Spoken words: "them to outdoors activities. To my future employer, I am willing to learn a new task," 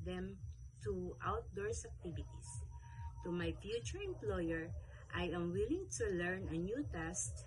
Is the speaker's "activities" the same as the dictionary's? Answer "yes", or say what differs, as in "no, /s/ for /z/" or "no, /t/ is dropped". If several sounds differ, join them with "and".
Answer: no, /s/ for /z/